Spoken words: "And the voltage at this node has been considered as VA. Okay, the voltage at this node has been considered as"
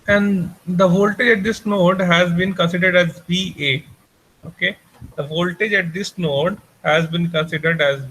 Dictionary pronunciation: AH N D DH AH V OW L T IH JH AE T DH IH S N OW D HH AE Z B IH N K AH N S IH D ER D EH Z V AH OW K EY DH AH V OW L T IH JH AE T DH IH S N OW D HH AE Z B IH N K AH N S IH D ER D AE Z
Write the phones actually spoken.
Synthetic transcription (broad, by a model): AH N D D AH V OW L T IH JH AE T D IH S N OW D HH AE Z B IH N K AH N S IH D ER D EH Z B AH OW K EY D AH V OW L T IH JH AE T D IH S N OW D HH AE Z B IH N K AH N S IH D ER D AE Z